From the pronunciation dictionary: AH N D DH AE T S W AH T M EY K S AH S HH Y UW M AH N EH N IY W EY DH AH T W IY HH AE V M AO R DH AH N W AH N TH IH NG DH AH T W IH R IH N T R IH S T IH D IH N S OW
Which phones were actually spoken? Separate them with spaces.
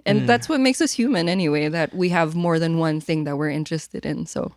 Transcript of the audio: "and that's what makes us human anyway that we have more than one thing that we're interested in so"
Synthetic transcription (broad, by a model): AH N DH AE T S W AH T M EY K S AH S HH Y UW M AH N EH N IY W EY DH AH T W IY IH V M AO R DH AH N W AH N TH IH NG DH AH T W IH R IH N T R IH S T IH D IH N S OW